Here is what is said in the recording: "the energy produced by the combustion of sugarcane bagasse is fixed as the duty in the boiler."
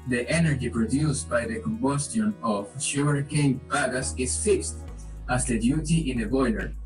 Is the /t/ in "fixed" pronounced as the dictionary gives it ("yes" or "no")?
yes